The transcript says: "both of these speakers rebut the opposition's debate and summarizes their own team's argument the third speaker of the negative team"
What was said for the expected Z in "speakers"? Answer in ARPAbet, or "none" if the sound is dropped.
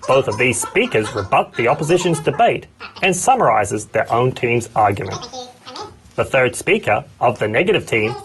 Z